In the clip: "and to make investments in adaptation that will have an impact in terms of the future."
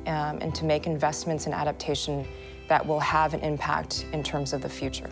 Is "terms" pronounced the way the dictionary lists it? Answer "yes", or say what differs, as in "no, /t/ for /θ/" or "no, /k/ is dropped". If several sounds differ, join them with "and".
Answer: yes